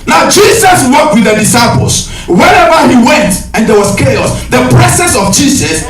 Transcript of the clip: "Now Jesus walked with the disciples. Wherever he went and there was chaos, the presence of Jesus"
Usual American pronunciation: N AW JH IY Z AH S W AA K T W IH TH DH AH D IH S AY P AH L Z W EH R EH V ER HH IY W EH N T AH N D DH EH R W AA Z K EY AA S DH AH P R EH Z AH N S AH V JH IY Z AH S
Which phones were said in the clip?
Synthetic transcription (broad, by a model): N AW JH IY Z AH S W AA K T W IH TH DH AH D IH S AY P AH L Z W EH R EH V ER HH IY W EH N T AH N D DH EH W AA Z K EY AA S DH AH P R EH S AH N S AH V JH IY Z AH S